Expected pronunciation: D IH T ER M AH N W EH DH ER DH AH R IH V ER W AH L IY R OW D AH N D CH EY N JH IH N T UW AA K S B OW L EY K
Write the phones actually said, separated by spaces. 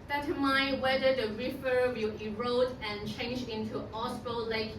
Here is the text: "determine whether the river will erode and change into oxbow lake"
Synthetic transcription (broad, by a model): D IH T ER M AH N W EH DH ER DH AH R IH F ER W AH L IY R OW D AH N CH EY N JH IH N T UW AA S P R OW L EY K